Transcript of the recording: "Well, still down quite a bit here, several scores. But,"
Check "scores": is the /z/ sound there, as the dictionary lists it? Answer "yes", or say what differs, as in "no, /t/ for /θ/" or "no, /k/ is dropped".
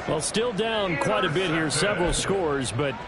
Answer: yes